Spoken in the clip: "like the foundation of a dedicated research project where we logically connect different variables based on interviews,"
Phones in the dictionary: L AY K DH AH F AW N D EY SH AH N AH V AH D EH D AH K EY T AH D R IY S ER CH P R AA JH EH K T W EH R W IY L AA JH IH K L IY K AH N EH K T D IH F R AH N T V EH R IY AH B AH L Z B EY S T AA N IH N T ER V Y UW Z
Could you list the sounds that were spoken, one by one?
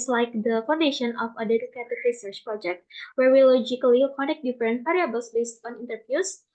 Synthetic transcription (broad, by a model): L AY K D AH F AW N D EY SH AH N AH F AH D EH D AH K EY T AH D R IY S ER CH P R AA JH EH K T W EH R W IY L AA JH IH K L IY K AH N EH K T D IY F R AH N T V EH R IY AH B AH L S B EY S T AA N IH N T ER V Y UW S